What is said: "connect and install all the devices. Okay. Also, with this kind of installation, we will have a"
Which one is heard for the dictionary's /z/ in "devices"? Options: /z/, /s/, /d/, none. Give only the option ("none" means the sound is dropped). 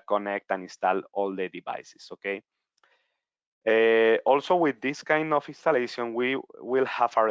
/s/